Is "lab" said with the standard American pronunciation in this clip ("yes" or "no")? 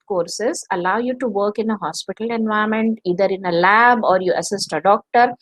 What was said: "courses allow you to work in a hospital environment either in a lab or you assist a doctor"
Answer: yes